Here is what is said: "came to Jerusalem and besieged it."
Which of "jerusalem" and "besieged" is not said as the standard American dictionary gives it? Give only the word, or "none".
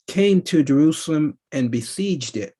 none